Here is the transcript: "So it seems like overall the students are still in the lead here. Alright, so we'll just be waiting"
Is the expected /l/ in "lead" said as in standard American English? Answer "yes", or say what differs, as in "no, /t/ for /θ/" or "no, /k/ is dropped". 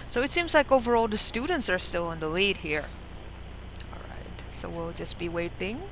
yes